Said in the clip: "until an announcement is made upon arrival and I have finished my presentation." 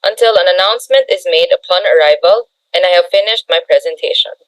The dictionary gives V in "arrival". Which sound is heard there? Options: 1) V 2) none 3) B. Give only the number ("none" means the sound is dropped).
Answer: 1